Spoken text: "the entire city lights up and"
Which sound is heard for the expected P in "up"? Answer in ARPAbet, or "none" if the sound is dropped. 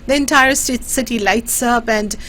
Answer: B